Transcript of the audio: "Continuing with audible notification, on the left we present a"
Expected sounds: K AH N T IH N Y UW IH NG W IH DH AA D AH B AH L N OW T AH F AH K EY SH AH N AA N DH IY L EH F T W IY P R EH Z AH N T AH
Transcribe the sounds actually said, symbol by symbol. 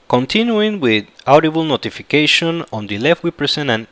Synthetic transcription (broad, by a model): K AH N T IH N Y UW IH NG W IH DH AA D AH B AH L N OW T AH F AH K EY SH AH N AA N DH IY L EH F T W IY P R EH S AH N AH